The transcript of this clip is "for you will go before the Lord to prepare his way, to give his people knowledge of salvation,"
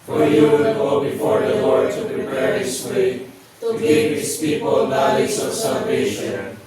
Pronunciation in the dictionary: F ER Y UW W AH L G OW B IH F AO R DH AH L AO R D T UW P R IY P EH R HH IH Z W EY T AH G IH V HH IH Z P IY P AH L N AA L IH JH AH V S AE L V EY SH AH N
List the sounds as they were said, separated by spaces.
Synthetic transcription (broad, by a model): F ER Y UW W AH N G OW B IH F AO R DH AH L AO R D T UW P R IY P EH R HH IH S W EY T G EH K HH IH S P IY P AH L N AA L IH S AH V S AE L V EY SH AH N